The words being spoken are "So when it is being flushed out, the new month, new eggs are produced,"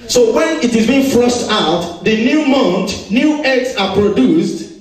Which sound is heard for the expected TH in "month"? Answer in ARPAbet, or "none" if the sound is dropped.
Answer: T